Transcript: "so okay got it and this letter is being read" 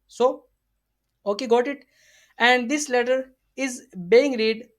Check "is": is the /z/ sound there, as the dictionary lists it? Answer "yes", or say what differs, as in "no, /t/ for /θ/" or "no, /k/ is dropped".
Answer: yes